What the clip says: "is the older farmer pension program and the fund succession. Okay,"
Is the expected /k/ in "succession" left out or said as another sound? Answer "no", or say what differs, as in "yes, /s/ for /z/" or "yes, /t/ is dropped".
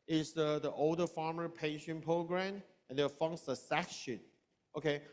yes, /k/ is dropped